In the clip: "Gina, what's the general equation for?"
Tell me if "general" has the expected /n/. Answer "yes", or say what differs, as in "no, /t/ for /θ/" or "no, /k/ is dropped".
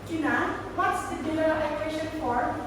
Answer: no, /l/ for /n/